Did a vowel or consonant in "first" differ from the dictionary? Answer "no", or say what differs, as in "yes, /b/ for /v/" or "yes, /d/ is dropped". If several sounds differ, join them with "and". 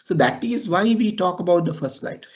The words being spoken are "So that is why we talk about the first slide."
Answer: no